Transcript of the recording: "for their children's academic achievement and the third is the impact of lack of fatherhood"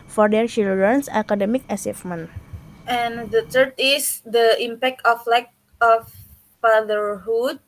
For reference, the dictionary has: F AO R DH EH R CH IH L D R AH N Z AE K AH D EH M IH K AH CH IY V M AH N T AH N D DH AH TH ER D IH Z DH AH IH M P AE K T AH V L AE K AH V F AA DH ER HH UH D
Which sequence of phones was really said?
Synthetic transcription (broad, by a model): F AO R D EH R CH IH L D R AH N S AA K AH D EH M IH K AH S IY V M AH N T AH N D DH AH T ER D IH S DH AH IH M P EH K T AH F L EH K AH F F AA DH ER HH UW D